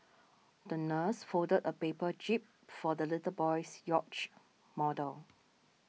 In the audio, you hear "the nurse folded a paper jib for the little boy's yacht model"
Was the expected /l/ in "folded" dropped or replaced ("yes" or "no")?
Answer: yes